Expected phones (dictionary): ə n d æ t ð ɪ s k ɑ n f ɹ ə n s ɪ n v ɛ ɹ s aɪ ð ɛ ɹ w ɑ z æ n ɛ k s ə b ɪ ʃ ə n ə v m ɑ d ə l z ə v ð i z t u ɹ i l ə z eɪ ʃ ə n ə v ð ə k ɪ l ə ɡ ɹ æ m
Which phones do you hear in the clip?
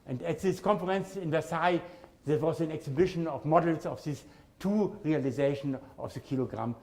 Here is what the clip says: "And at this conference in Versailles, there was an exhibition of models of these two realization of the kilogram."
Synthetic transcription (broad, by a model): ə n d æ t ð ɪ s k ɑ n f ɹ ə n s ɪ n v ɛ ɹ s aɪ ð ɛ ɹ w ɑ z æ n ɛ k s ə b ɪ ʃ ə n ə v m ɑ d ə l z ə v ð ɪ s t u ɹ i l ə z eɪ ʃ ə n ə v ð ə k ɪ l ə ɡ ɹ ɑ m